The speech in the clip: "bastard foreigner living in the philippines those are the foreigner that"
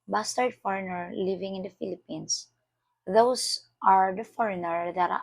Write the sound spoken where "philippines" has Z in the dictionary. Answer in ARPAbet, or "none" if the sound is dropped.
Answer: S